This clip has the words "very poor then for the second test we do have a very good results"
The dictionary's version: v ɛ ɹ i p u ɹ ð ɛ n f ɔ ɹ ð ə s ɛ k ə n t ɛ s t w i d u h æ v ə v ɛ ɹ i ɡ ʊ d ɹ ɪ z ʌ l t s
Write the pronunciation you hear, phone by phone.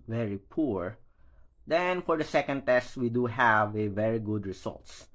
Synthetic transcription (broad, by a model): v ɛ ɹ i p u ɹ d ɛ n f ɔ ɹ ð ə s ɛ k ə n t ɛ s t w i d u h æ v ə v ɛ ɹ i ɡ ʊ d ɹ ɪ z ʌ l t s